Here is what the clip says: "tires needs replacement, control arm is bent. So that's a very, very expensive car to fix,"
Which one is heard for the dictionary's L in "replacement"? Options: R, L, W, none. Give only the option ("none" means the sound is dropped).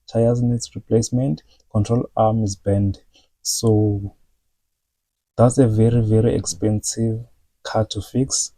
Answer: L